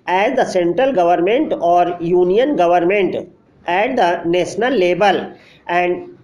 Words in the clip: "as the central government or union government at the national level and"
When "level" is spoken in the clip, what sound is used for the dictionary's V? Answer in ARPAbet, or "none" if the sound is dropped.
B